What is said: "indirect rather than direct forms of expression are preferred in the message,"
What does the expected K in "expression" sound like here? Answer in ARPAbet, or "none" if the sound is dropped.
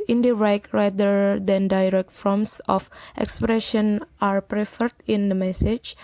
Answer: K